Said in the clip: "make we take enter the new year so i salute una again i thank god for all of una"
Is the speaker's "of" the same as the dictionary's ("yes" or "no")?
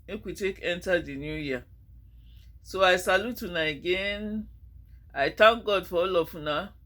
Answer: no